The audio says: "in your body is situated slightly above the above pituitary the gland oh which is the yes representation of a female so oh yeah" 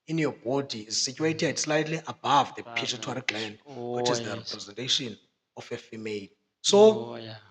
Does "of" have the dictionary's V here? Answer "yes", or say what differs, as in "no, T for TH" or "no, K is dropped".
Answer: no, F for V